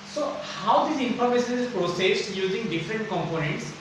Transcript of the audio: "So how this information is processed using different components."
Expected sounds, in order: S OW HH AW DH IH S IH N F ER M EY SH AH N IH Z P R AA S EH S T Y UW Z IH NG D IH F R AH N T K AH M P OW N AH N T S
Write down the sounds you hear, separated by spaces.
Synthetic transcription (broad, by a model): S OW HH AW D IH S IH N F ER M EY S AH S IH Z P R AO S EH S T Y UW Z IH NG D IH F R AH N T K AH M P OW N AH N T S